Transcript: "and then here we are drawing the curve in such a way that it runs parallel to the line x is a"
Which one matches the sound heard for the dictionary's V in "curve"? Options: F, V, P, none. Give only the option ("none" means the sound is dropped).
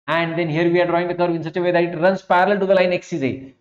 V